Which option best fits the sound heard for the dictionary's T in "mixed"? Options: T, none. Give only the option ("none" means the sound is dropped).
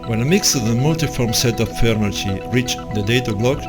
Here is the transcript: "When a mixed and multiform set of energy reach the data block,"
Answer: none